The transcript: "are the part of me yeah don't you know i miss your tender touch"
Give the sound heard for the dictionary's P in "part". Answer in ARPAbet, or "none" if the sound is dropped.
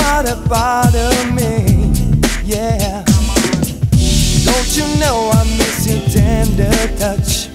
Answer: F